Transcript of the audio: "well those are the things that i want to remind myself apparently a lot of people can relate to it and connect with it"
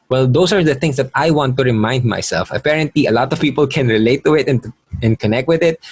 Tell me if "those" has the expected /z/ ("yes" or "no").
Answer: no